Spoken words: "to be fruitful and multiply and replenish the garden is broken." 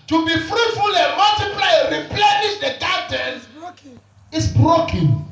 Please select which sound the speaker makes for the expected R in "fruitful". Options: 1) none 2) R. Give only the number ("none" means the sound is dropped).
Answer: 2